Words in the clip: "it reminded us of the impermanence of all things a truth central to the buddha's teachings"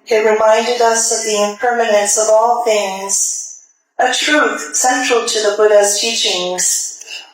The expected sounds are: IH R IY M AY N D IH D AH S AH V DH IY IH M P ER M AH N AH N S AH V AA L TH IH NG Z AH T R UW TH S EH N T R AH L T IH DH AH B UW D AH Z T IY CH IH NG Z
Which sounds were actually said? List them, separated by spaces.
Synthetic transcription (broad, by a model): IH R IY M AY N D IH D AH S AH V DH IY IH M P ER M AH N AH N S AH V AA L TH IH NG Z AH T R UW TH S EH N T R L T IH DH AH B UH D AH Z T IY CH IH NG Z